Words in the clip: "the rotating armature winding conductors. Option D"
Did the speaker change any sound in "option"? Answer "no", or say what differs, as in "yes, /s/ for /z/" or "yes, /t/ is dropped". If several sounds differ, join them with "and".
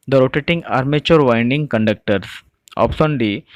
yes, /s/ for /ʃ/